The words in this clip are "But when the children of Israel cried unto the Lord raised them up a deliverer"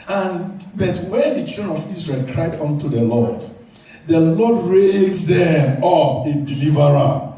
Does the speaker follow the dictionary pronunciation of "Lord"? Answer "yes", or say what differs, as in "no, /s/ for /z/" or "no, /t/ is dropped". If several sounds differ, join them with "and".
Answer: no, /l/ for /ɹ/